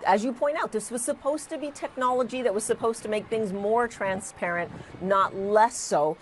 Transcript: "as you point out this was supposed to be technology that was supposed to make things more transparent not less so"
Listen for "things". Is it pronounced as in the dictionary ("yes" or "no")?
yes